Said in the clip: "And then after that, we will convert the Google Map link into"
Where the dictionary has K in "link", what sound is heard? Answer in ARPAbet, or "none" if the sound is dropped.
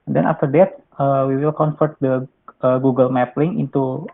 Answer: none